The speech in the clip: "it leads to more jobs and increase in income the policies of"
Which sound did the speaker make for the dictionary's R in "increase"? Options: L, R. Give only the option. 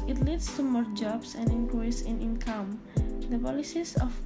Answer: L